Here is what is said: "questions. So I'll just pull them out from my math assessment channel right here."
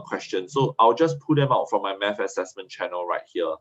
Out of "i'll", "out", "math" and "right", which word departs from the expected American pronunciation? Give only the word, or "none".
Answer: math